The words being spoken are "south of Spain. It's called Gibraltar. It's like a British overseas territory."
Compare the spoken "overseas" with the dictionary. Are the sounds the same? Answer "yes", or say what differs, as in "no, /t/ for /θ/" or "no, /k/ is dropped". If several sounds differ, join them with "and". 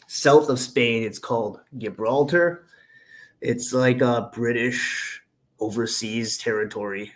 yes